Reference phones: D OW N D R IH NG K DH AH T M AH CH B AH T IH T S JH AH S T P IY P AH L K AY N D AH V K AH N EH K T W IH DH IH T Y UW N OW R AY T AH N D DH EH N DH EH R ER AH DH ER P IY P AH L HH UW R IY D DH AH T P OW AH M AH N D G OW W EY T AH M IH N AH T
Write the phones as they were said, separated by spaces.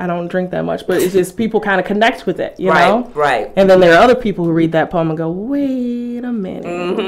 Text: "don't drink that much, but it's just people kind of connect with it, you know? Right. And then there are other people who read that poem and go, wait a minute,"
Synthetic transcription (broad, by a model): D OW N D R IH NG K DH AH T M AH CH B AH T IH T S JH AH S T P IY P L K AY N D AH K AH N EH K T W IH DH IH T Y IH N OW R AY T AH N DH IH N DH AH R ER AH DH ER P IY P L HH UW R IY D DH AH T P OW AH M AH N G OW W EY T AH M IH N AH